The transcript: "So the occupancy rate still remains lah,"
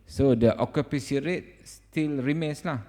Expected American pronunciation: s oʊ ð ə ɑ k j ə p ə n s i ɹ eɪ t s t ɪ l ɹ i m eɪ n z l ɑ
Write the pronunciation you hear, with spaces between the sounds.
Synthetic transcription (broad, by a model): s oʊ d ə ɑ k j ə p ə s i ɹ eɪ t s t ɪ l ɹ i m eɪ n s l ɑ